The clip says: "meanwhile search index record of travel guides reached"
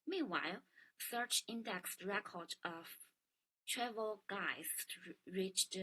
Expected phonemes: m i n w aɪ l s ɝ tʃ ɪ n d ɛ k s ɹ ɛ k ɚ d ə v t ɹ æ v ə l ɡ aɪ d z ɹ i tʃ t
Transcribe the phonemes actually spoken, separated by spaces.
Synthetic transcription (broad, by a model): m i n w aɪ l s ɝ tʃ ɪ n d ɛ k s ɹ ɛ k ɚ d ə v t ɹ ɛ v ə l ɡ aɪ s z ɹ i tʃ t